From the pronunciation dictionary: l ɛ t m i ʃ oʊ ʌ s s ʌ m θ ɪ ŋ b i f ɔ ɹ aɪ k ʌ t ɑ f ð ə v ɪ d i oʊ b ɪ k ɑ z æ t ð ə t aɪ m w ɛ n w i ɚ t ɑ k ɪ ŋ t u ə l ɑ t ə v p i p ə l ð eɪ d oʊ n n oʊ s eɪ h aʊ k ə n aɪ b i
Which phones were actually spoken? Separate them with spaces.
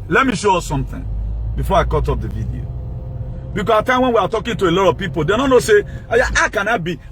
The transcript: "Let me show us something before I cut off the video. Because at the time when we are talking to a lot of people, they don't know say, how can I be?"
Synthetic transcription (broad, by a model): l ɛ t m i ʃ oʊ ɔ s s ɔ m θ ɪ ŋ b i f ɔ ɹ aɪ k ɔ t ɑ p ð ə v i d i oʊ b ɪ k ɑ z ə t aɪ m w ɛ n w i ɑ t ɑ k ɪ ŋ t u ə l ɑ t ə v p i p ə l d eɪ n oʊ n n oʊ s eɪ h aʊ k ə n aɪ b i